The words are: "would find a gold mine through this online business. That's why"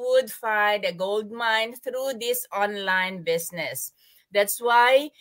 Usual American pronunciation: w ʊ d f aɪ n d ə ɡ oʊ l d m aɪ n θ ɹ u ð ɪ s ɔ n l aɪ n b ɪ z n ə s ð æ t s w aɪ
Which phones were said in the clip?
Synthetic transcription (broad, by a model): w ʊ d f aɪ n d ə ɡ oʊ l d m aɪ n t ɹ u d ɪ s ɔ n l aɪ n b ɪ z n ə s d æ t s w aɪ